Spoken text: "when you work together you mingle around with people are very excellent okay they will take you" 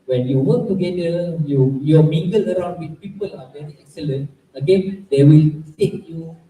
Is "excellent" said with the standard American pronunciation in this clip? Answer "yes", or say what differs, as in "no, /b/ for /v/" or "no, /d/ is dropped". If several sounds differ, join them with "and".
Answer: yes